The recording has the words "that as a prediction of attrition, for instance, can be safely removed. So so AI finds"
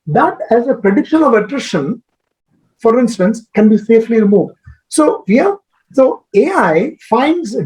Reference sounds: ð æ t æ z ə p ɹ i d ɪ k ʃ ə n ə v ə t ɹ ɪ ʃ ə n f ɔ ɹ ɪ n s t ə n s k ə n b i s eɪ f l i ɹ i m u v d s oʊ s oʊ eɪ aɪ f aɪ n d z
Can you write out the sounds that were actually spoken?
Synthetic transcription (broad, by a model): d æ t æ z ə p ɹ i d ɪ k ʃ ə n ə v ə t ɹ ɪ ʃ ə n f ɔ ɹ ɪ n s t ə n s k ə n b i s eɪ f l i ɹ i m u v d s oʊ s oʊ eɪ aɪ f aɪ n d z